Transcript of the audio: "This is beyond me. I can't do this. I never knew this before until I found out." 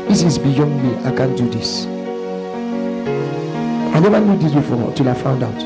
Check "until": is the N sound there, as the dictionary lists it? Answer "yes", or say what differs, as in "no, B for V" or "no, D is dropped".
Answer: no, N is dropped